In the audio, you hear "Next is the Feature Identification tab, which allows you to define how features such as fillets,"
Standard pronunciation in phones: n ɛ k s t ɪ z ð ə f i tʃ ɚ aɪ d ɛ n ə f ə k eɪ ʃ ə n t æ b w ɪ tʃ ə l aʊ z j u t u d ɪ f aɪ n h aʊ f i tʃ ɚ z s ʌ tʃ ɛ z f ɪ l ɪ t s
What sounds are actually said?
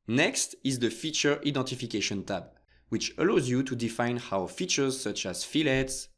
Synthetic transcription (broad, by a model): n ɛ k s t ɪ z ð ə f i tʃ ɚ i d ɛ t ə f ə k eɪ ʃ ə n t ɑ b w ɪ tʃ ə l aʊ z j u t u d ɪ f aɪ n h aʊ f i tʃ ɚ z s ʌ tʃ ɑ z f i l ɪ t s